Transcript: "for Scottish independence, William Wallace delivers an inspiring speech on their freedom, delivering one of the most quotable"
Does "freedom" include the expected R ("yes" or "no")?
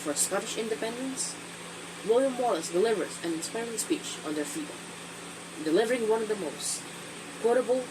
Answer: no